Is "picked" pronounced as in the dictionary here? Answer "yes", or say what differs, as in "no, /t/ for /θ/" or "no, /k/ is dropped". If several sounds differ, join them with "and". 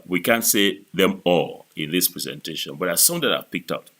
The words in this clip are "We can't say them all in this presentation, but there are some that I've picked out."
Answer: yes